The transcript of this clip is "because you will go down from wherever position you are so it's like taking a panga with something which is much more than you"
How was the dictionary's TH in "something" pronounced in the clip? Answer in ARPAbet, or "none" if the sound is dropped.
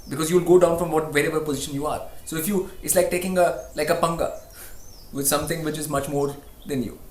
T